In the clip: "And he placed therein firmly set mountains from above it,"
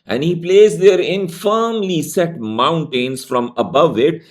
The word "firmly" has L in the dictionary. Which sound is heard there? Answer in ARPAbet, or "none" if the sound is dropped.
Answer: L